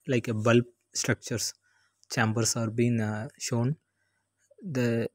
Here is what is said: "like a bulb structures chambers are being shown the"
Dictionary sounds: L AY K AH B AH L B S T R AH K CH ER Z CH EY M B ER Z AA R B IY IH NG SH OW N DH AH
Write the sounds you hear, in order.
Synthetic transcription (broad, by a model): L AY K AH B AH L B S T R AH K CH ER S CH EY M B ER S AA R B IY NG SH OW N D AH